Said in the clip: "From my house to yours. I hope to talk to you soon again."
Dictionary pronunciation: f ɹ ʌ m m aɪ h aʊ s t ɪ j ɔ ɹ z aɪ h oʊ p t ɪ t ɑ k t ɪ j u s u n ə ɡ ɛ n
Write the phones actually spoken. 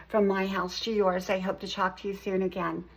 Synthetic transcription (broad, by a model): f ɹ ʌ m m aɪ h aʊ s t ɪ j ɔ ɹ z aɪ h oʊ p t ɪ t ɑ k t ɪ j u s u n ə ɡ ɛ n